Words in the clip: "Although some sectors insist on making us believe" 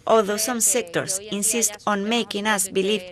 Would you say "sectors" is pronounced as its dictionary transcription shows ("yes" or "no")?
no